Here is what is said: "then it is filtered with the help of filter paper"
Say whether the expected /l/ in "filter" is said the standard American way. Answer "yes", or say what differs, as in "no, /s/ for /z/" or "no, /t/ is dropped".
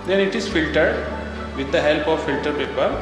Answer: yes